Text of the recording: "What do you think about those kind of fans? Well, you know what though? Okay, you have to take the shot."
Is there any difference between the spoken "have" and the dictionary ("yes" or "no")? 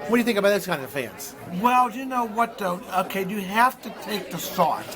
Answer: yes